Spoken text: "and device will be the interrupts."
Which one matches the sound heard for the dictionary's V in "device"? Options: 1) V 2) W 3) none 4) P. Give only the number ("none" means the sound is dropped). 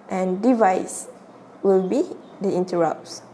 1